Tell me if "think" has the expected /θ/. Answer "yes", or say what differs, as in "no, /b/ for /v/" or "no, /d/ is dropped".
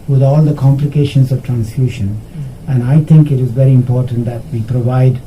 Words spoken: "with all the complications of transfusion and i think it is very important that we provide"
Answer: no, /t/ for /θ/